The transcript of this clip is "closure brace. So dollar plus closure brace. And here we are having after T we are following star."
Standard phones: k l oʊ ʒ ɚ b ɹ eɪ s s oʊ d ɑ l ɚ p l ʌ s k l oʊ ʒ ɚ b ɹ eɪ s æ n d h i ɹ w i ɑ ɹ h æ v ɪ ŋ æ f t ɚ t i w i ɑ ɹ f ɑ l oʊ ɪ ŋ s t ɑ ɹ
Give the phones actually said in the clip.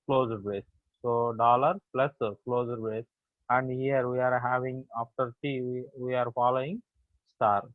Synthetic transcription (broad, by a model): k l oʊ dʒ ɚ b eɪ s s oʊ d ɑ l ɚ p l ʌ s k l oʊ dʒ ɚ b eɪ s æ n d h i ɹ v i ɑ ɹ h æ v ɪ ŋ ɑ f t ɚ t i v i ɑ ɹ f ɑ l oʊ ɪ ŋ s t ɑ ɹ